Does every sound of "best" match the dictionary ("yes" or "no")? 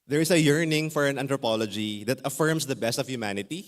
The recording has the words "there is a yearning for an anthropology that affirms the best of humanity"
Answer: yes